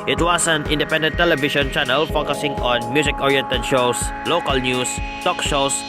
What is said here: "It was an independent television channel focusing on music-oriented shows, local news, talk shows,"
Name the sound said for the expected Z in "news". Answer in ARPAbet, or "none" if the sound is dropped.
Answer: S